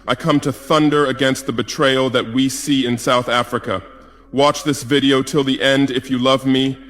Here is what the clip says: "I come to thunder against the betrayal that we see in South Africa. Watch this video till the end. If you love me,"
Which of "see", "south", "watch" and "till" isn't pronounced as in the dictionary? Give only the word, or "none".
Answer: none